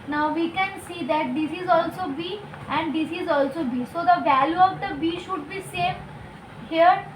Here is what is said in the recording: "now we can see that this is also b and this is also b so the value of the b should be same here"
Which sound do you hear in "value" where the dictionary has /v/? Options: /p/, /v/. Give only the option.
/v/